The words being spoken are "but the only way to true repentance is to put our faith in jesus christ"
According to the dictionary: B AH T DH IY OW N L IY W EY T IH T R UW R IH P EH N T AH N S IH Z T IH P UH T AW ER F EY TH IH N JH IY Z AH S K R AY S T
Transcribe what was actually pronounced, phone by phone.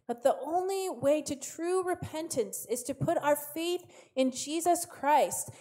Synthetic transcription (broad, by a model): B AH T DH IY OW N L IY W EY T IH T R UW R IH P EH N T AH N S IH Z T IH P UH T AW ER F EY TH IH N JH IY Z AH S K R AY S T